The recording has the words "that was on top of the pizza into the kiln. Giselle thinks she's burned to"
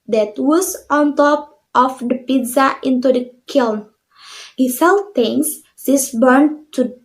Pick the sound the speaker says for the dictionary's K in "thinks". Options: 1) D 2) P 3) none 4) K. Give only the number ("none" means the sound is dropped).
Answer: 3